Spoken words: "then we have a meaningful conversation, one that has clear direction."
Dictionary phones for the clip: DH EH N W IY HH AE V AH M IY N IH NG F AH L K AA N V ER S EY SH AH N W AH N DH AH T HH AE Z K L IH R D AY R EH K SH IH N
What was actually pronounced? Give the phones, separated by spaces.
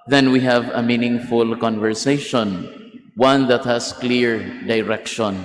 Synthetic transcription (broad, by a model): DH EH N W IY HH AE V AH M IY N IH NG F AH L K AA N V ER S EY SH AH N W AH N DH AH T HH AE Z K L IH R D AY R EH K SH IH N